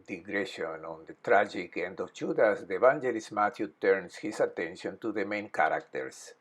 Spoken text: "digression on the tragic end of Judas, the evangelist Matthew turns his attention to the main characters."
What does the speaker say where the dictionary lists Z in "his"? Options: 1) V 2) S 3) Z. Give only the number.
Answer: 2